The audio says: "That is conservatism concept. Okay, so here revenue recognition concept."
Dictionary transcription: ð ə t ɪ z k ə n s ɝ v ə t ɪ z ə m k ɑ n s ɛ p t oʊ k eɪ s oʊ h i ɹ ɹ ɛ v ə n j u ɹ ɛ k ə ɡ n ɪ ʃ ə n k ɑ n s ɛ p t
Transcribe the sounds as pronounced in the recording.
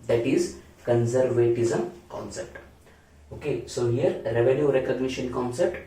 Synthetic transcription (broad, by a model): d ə t ɪ z k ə n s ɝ v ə t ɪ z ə m k ɑ n s ɛ p t oʊ k eɪ s oʊ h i ɹ ɹ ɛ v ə l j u ɹ ɛ k ə ɡ n ɪ ʃ ə n k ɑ n s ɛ p t